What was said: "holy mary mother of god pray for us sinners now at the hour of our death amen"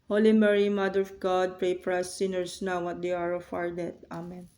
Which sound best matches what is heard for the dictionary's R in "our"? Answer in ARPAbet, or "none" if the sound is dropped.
R